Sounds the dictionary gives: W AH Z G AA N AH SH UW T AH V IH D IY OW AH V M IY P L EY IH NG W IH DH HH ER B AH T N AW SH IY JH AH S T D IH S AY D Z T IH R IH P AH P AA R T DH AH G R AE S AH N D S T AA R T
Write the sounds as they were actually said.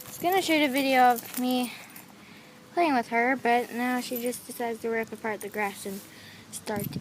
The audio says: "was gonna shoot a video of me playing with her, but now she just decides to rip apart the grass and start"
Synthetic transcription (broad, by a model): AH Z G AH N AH SH UW T AH V IH D IY OW AH V M IY P L EY IH NG W IH DH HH ER B AH T N AW SH IY JH AH S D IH S AY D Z T IH R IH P AH P AA R T DH AH G R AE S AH N S T AA R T